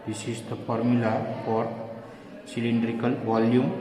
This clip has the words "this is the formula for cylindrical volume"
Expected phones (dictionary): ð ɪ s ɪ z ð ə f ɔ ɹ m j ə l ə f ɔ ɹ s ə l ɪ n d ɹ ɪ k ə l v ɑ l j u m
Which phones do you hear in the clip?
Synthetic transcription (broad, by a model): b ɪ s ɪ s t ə p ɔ ɹ m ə l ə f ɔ ɹ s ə l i n d ɹ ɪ k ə l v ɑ l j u m